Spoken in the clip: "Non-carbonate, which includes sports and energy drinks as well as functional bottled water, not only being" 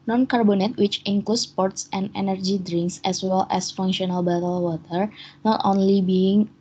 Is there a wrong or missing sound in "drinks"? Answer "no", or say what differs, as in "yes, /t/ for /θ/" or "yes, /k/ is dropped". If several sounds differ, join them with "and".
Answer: no